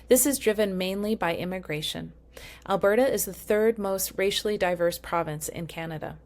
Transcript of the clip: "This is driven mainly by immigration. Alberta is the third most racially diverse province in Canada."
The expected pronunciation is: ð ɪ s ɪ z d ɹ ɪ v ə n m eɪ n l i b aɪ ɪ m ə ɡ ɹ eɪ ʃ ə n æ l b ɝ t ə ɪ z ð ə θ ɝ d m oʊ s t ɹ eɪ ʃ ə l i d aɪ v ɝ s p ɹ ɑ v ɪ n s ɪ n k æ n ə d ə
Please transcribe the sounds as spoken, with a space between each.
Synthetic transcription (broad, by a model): ð ɪ s ɪ z d ɹ ɪ v ə n m eɪ n l i b aɪ ɪ m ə ɡ ɹ eɪ ʃ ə n æ l b ɝ t ə ɪ z ð ə θ ɝ d m oʊ s t ɹ eɪ ʃ l i d aɪ v ɝ s p ɹ ɑ v ɪ n s ɪ n k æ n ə d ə